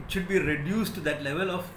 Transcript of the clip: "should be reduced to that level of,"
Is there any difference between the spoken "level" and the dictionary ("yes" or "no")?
no